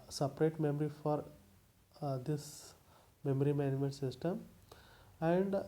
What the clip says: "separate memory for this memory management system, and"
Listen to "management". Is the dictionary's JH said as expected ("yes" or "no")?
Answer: no